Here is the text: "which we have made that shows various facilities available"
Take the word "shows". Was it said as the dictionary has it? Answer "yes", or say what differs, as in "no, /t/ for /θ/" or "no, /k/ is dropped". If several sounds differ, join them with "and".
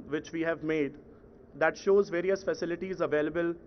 yes